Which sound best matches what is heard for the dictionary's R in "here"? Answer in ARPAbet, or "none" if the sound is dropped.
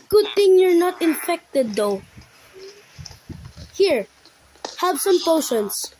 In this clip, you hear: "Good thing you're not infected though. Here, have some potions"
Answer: R